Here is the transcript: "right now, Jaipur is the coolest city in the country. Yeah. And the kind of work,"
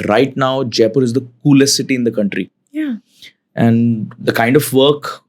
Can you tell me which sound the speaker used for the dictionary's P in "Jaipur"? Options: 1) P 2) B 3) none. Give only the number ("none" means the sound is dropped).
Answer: 1